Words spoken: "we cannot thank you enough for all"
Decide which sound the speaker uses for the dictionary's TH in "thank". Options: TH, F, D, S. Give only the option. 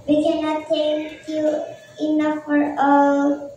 S